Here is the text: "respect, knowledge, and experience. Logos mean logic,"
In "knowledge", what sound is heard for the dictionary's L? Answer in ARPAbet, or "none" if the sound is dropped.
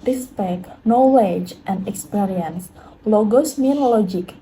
W